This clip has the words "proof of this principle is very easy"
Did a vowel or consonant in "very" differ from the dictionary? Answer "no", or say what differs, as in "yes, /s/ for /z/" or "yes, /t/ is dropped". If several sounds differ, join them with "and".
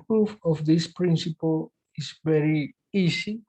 no